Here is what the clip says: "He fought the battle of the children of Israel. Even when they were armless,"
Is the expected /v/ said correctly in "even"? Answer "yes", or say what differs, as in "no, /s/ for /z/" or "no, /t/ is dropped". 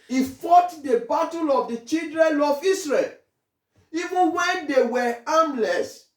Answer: yes